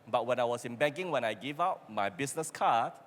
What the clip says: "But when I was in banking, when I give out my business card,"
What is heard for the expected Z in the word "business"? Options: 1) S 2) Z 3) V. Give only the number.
1